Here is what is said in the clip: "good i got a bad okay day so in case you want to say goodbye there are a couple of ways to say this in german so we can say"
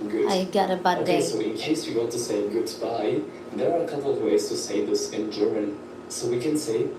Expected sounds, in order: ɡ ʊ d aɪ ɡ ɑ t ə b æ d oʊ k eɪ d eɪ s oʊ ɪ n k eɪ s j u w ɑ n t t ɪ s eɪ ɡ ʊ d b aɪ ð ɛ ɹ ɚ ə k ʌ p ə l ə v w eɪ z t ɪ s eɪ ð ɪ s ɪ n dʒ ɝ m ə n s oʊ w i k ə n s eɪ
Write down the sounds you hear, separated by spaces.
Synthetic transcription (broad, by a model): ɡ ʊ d aɪ ɡ ɑ t ə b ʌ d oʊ ʊ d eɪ s oʊ ɪ n k eɪ s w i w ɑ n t t ɪ s eɪ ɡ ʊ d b aɪ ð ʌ ɹ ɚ ə k ʌ p l ə v w eɪ z t ɪ s eɪ ð ɪ s ɪ n dʒ ɝ m ə n s oʊ w i k ə n s eɪ